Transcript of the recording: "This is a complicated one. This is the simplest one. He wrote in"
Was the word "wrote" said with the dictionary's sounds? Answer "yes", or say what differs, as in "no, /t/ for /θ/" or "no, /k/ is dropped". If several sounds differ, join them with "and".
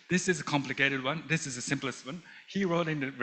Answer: yes